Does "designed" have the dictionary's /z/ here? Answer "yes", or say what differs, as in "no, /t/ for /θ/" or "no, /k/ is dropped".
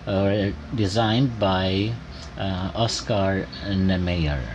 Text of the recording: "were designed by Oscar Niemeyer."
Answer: yes